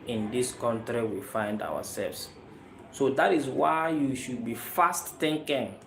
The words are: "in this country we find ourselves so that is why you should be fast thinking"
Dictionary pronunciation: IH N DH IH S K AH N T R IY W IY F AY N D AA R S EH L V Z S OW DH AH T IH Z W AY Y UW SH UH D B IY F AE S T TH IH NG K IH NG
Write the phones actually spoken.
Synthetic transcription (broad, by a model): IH N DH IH S K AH N T R IY W IY F AY N D AA W S EH L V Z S OW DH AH T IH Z W AY Y UW SH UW D B IY F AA S T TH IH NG K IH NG